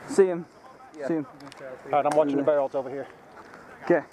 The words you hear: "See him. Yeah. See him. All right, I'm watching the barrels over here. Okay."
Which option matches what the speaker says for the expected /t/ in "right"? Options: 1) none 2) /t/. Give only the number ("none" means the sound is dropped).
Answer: 1